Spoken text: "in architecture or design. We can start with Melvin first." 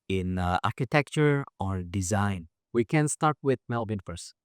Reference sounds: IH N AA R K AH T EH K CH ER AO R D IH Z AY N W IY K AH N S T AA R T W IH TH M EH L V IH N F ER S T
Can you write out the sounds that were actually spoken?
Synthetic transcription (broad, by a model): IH N AA R K AH T EH K CH ER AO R D IH Z AY N W IY K AH N S T AA R T W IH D M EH L B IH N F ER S